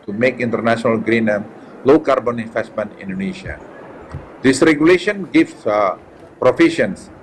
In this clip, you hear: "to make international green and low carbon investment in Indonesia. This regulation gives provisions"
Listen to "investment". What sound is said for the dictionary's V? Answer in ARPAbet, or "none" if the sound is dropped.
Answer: F